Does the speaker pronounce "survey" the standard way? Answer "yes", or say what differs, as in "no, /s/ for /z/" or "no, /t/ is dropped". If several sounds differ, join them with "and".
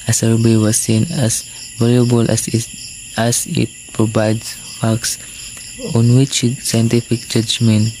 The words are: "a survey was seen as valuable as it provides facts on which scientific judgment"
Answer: no, /b/ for /v/